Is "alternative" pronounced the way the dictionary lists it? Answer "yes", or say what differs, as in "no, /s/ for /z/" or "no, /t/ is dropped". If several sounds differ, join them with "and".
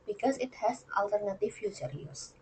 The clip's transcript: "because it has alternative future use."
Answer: yes